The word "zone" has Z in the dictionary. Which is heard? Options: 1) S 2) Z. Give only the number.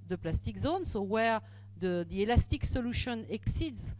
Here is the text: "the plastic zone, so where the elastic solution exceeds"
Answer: 2